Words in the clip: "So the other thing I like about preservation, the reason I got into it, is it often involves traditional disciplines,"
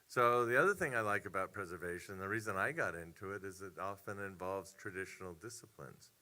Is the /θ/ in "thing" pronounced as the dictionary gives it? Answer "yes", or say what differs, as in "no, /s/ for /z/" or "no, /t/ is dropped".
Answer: yes